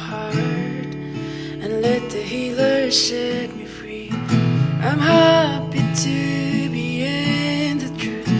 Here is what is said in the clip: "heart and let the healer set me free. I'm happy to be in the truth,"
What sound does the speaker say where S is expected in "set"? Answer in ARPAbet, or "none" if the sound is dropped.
SH